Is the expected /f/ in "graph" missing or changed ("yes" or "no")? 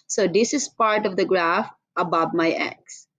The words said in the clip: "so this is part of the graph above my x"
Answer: no